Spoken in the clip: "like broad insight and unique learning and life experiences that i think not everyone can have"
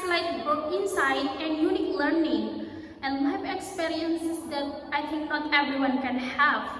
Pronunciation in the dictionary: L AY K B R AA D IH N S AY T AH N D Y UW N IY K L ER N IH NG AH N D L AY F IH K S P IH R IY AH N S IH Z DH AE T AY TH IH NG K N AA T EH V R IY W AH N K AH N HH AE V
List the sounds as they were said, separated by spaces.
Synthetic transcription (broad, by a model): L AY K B UH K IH N S AY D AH N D Y UW N IY K L ER N IH NG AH N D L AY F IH K S P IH R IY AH N S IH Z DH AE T AY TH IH NG K N AA T EH V R IY W AH N K AH N HH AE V